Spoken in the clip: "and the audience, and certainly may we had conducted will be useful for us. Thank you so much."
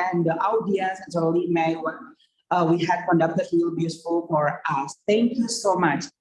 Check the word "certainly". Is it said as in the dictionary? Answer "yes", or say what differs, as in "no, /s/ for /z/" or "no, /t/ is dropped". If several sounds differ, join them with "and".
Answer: no, /n/ is dropped